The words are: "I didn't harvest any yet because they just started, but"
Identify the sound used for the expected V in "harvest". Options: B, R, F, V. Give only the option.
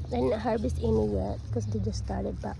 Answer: B